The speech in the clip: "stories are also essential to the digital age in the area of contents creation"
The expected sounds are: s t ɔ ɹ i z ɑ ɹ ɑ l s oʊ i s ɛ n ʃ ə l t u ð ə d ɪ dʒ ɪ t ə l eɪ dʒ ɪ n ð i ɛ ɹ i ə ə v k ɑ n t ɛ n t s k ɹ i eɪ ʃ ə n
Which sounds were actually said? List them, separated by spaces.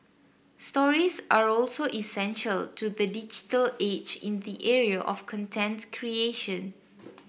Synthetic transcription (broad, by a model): s t ɔ ɹ i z ɑ ɹ ɑ l s oʊ i s ɛ n ʃ ə l t u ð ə d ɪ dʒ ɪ t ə l eɪ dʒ ɪ n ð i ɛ ɹ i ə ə f k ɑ n t ɛ n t k ɹ i eɪ ʃ ə n